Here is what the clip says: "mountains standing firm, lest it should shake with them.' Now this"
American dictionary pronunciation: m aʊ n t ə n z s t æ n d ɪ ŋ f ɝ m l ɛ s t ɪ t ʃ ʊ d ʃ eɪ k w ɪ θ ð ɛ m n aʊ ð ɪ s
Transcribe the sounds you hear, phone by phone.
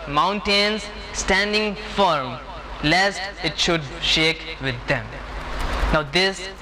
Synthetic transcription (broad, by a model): m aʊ n t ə n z s t æ n d ɪ ŋ f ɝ m l ɛ s t ɪ t ʃ ʊ d ʃ eɪ k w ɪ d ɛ m n aʊ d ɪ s